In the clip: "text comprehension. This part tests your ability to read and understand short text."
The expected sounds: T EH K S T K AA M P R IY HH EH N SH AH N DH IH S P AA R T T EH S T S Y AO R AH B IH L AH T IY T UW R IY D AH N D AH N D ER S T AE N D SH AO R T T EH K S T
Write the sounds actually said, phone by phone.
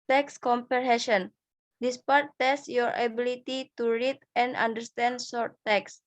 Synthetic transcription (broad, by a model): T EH K S K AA M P IY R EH SH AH N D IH S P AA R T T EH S S Y AO R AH B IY L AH T IY T UW R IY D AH N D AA N D ER S T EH N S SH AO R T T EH K S